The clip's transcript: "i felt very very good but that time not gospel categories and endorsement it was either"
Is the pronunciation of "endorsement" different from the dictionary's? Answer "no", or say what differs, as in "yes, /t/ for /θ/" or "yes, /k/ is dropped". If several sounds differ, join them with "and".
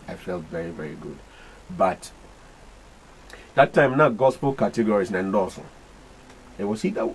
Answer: yes, /m/ is dropped and /t/ is dropped